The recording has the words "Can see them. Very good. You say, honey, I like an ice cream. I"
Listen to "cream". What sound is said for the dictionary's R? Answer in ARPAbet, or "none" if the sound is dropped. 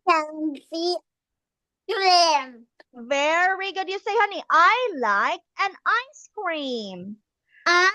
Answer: R